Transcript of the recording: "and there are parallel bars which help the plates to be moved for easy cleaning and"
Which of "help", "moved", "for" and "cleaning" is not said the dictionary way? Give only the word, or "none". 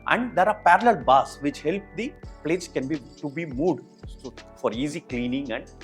moved